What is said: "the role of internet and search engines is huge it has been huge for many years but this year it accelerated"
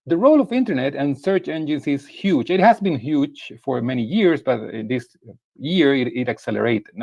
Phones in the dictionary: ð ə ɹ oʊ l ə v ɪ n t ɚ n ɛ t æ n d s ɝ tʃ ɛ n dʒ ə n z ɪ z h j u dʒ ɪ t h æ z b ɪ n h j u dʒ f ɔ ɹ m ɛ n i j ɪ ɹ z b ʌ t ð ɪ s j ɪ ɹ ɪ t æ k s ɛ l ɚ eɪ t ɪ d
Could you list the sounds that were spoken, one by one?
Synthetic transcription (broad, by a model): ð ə ɹ oʊ l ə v ɪ n t ɚ n ɛ t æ n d s ɝ tʃ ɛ n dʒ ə n s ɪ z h j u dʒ ɪ t h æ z b ɪ n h j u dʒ f ɔ ɹ m ɛ n i j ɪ ɹ s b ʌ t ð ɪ s j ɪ ɹ ɪ t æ k s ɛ l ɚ eɪ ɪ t